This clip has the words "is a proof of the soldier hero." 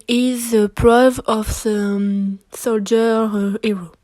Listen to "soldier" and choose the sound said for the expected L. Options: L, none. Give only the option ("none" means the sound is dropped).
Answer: L